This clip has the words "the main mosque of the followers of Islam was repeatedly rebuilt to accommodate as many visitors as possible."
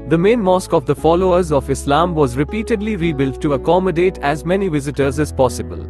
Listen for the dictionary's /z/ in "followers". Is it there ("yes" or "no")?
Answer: yes